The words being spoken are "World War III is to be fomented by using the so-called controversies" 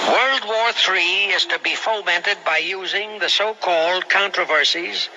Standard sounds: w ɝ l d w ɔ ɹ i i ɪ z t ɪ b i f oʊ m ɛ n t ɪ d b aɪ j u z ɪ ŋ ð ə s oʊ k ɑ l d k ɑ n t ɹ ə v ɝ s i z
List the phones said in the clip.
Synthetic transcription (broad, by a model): w ɝ l d w ɔ ɹ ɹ i ɪ z t ɪ b i f oʊ m ɛ n t ɪ d b aɪ j u z ɪ ŋ ð ə s oʊ k ɑ l d k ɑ n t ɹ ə v ɝ s i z